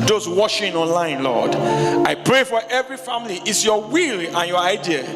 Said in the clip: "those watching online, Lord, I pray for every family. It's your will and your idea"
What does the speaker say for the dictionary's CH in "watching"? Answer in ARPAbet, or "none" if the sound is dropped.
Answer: SH